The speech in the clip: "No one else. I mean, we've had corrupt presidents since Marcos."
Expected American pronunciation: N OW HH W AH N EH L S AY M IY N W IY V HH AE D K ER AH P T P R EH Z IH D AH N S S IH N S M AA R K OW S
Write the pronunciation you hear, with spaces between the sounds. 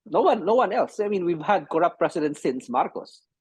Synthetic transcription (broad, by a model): N OW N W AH N EH L S AY M IY N W IY V HH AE D K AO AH P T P R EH S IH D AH N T S IH N S M AA R K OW S